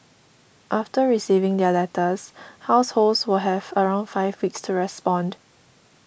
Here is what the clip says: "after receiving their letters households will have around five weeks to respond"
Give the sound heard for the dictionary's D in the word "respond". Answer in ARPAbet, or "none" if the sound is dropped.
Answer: D